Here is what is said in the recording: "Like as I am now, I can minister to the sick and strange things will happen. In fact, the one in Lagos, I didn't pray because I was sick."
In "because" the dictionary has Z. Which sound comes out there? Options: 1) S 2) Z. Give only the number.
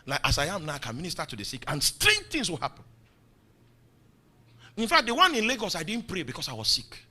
1